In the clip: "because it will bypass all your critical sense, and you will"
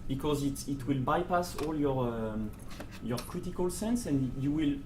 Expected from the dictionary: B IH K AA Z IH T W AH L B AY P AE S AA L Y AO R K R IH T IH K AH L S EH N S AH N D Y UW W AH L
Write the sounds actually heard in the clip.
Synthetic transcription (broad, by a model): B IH K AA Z IH T W AH L B AY P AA S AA L Y AO R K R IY T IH K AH L S EH N S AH N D Y UW W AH L